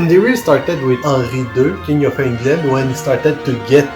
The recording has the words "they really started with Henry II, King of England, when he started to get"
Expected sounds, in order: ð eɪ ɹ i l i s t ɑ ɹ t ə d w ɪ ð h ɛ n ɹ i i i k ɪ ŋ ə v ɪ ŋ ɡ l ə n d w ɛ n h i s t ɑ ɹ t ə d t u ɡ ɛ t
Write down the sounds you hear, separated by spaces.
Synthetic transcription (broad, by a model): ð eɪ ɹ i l s t ɑ ɹ t ə d w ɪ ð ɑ ɹ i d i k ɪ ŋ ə f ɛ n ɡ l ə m w ɛ n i s t ɑ ɹ t ə d t u ɡ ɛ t